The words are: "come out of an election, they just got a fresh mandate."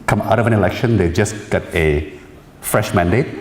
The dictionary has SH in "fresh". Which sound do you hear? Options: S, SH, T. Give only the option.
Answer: SH